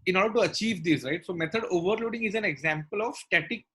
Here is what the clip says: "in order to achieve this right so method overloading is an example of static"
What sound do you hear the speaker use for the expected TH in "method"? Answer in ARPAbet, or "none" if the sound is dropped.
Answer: T